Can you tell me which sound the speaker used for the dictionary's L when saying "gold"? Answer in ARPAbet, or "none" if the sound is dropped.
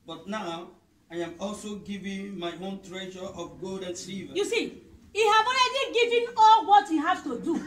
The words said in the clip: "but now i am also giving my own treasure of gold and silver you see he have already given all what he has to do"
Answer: L